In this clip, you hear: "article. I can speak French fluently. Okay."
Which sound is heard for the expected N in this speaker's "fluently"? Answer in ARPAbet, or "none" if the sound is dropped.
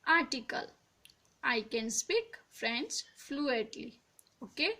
none